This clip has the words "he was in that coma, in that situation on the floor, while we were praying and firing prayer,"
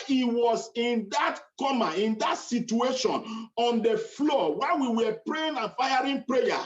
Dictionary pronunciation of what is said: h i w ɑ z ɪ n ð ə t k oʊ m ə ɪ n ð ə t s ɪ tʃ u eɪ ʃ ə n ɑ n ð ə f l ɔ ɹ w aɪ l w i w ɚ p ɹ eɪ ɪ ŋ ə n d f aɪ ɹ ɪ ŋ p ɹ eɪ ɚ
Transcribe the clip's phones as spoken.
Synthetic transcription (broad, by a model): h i w ɑ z ɪ n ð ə t k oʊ m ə ɪ n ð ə t s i tʃ u eɪ ʃ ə n ɑ n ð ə f l ɔ w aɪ n w i w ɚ p ɹ eɪ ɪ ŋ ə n f aɪ ɹ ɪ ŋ p ɹ eɪ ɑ